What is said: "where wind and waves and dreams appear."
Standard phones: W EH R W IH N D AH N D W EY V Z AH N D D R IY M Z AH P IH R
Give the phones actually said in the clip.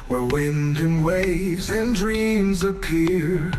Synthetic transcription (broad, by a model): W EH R W IH N D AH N W EY V Z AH N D D R IY M Z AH P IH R